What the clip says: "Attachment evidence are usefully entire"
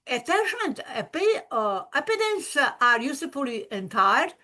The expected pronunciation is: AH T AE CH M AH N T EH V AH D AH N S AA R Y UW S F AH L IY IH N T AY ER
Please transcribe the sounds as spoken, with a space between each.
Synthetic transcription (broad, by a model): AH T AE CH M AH N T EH P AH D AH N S AA R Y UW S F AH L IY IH N T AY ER